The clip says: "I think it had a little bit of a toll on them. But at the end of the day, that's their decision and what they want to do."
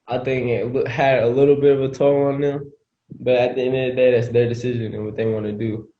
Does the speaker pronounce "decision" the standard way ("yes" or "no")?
yes